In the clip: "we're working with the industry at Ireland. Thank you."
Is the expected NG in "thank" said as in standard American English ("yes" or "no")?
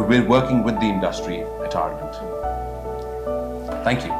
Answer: yes